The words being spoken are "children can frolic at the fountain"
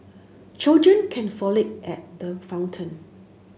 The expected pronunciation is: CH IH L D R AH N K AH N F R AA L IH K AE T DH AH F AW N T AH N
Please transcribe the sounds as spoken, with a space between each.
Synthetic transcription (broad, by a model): CH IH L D R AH N K AH N F AA L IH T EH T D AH F AW N T AH N